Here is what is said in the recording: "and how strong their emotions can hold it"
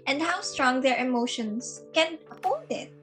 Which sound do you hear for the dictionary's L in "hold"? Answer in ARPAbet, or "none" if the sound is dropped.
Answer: none